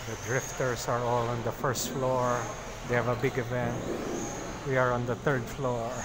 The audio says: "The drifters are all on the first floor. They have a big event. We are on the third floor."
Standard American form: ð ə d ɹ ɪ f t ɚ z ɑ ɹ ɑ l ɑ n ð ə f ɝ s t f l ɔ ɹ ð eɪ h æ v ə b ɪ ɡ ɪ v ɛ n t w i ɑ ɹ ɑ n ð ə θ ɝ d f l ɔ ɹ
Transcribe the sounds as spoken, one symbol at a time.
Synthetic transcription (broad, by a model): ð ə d ɹ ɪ f t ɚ s ɑ ɹ ɑ l ɑ n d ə f ɝ s t f l ɔ ɹ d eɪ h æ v ə b ɪ ɡ ɪ v ɛ n t w i ɑ ɹ ɑ n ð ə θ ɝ d f l ɔ ɹ